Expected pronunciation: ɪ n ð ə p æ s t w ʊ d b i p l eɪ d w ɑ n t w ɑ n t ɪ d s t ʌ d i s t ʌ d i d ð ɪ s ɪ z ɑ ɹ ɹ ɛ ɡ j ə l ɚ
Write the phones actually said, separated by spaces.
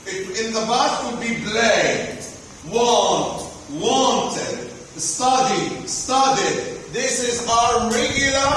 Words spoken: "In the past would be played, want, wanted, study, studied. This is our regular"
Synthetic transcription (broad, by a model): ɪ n ð ə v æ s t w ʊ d b i b l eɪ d w ɑ n t w ɑ n t ɪ d s t ʌ d i s t ʌ d i d ð ɪ s ɪ z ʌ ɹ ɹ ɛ ɡ j l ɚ